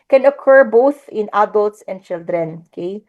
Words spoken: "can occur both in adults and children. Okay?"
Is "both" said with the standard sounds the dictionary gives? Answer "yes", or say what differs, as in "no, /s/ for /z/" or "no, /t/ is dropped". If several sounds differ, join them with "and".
yes